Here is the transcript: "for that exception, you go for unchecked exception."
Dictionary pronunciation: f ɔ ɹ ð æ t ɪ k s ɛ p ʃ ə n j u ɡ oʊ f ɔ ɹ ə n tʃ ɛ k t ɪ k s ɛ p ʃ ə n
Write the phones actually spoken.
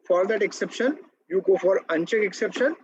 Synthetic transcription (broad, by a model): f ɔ ɹ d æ t ɪ k s ɛ p ʃ ə n j u ɡ oʊ f ɔ ɹ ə n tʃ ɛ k ɪ k s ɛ p ʃ ə n